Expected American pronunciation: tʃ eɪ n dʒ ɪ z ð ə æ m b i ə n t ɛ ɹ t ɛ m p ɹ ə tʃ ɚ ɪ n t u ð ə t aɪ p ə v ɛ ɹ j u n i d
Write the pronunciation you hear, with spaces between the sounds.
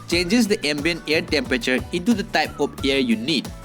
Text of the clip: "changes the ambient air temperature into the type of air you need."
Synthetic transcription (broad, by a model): tʃ eɪ n dʒ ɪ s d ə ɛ m b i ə n ɛ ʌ t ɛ m p ɹ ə tʃ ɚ ɪ n t u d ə t aɪ p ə f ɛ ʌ j u n i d